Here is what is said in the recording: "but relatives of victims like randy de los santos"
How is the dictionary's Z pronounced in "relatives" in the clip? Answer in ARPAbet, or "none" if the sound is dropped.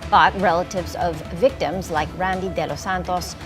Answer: Z